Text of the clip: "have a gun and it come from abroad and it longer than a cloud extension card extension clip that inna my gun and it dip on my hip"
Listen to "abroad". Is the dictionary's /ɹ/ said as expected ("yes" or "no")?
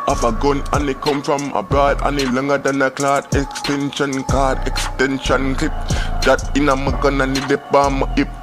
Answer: no